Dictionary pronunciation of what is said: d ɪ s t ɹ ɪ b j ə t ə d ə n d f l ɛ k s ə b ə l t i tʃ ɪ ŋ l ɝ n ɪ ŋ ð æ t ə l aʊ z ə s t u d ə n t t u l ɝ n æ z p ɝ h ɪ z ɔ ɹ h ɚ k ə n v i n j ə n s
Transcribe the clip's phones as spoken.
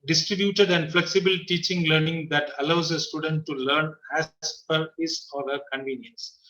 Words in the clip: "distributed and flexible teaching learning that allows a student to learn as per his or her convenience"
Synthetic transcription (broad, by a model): d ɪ s t ɹ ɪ b j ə t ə d ə n d f l ɛ k s ə b ə l t i tʃ ɪ ŋ l ɝ n ɪ ŋ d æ t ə l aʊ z ə s t u d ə n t t u l ɝ n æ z p ɝ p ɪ s ɔ ɹ h ɚ k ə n v i n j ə n s